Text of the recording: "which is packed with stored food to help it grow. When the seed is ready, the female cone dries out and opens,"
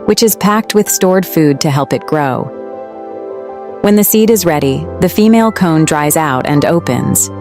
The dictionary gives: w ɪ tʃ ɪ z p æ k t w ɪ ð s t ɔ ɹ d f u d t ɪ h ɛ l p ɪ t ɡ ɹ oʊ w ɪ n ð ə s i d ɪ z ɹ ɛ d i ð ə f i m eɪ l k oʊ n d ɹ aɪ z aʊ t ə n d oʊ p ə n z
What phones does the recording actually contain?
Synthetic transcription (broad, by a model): w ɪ tʃ ɪ z p æ k t w ɪ ð s t ɔ ɹ d f u d t ɪ h ɛ l p ɪ t ɡ ɹ oʊ w ɪ n ð ə s i d ɪ z ɹ ɛ d i ð ə f i m eɪ l k oʊ n d ɹ aɪ z aʊ t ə n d oʊ p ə n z